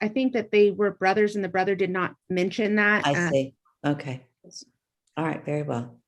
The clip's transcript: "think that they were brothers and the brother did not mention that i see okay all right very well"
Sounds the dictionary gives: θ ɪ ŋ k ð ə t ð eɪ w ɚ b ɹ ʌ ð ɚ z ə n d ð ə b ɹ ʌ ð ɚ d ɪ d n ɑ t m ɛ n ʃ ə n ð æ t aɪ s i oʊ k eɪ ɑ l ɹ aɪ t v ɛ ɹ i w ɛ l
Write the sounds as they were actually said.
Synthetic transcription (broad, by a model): θ ɪ ŋ k ð ə t ð eɪ w ɚ b ɹ ʌ ð ɚ z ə n ð ə b ɹ ʌ ð ɚ d ɪ d n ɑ t m ɛ n ʃ ə n ð æ t aɪ s i oʊ k eɪ ɑ l ɹ aɪ t v ɛ ɹ i w ɛ l